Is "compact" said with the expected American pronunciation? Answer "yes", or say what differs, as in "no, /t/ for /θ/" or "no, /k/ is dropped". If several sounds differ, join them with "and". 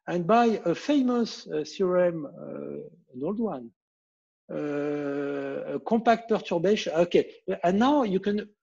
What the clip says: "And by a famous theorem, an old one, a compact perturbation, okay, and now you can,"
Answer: no, /m/ is dropped